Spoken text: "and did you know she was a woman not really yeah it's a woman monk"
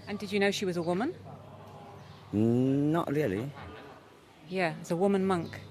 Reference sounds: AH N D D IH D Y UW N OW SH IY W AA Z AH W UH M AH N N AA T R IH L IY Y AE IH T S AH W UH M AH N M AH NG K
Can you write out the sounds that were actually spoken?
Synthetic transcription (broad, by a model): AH N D D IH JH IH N OW SH IY W AA Z AH W UH M AH N N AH T R IH L IY Y AE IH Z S AH W UH M AH N M AH NG K